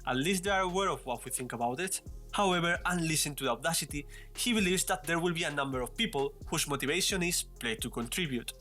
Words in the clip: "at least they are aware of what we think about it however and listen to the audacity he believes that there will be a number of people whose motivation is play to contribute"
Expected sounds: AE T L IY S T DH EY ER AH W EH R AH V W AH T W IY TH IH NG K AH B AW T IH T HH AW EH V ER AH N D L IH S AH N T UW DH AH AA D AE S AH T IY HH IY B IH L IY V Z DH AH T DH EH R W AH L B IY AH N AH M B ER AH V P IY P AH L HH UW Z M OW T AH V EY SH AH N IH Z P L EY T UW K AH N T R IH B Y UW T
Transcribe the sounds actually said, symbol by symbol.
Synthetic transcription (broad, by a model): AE T L IY S T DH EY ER AH W EH R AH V W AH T W IY TH IH NG K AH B AW T IH T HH AW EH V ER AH N L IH S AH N T UW DH AH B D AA S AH T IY HH IY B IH L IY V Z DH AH T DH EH R W AH L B IY AH N AH M B ER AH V P IY P AH L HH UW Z M OW T AH V EY SH AH N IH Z P L EY T UW K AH N T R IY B Y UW T